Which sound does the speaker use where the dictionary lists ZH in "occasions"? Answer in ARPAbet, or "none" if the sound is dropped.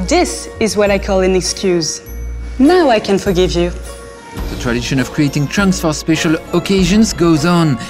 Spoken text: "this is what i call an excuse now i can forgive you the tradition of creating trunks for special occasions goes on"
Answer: ZH